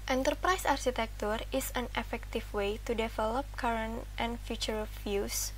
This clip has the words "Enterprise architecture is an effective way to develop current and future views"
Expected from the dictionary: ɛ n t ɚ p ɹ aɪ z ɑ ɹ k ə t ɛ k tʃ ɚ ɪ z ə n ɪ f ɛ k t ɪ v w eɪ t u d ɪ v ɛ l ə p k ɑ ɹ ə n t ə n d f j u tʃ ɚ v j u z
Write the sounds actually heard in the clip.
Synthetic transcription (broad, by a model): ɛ n t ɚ p ɹ aɪ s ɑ ɹ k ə t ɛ k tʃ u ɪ s ə n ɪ f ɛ k t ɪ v w eɪ t u d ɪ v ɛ l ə p k ɑ ɹ ə n t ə n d f j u tʃ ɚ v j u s